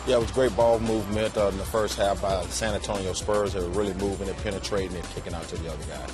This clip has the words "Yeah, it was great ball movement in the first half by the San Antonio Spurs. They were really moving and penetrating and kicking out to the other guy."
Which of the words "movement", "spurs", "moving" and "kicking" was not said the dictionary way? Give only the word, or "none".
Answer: none